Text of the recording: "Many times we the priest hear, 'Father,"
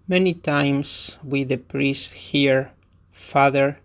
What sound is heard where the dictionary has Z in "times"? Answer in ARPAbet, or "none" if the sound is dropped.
S